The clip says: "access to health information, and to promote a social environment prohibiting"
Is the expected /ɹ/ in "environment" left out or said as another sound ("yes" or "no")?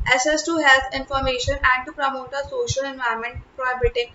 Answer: yes